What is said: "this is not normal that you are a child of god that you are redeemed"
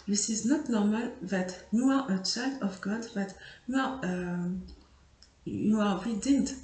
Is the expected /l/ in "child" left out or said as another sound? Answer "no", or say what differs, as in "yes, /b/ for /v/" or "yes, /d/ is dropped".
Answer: yes, /l/ is dropped